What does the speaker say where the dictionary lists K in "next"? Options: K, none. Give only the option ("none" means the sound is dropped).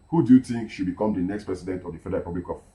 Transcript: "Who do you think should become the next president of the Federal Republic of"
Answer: K